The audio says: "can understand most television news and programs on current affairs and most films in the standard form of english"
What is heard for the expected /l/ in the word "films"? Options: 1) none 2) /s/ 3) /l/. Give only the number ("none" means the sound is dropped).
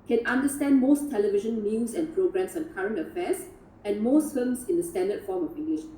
1